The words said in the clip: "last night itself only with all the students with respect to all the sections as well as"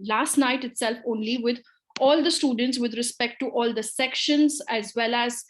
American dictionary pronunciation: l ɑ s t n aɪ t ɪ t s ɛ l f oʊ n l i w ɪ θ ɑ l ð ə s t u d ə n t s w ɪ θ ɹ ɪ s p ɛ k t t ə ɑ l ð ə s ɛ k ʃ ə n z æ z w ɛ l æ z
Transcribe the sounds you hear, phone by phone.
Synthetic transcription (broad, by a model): l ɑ s t n aɪ t ɪ t s ɛ l f oʊ n l i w ɪ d ɑ l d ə s t u d ə n t s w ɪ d ɹ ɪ s p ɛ k t t ɑ l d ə s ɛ k ʃ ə n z æ z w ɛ l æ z